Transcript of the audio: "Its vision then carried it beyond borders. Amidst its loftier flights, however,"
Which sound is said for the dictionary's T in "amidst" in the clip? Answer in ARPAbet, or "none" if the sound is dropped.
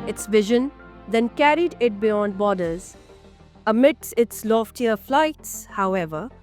none